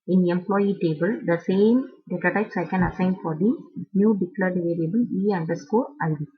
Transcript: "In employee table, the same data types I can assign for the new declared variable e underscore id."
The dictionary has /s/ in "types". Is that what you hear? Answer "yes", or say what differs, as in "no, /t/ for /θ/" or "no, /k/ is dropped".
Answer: yes